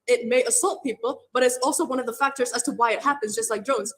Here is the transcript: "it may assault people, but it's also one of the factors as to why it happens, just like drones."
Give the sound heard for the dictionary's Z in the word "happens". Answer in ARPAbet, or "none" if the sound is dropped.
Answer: Z